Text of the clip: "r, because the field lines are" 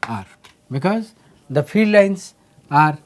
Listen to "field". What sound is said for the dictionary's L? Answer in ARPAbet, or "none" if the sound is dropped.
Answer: none